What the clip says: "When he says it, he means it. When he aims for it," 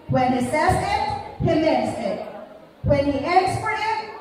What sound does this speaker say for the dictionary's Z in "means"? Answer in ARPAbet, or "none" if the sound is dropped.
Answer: S